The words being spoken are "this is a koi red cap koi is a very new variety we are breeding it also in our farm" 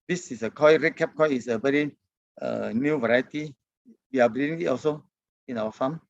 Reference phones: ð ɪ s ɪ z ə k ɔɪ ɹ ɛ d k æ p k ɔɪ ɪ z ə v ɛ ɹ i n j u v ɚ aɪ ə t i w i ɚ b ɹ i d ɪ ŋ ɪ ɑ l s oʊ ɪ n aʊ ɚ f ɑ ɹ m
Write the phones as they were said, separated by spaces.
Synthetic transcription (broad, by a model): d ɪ s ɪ s ə k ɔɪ ɹ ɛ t k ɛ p k ɔɪ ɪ s ə b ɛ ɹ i n j u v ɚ aɪ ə t i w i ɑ b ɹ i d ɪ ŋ ɪ ɑ l s oʊ ɪ n aʊ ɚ f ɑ m